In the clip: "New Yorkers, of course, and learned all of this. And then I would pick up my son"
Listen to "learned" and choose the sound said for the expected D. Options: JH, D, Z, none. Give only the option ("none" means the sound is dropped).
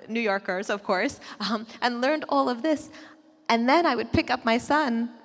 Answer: D